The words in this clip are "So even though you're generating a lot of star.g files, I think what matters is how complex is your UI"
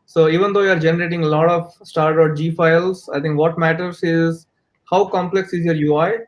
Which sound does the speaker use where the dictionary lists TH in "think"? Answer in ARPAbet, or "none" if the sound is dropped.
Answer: T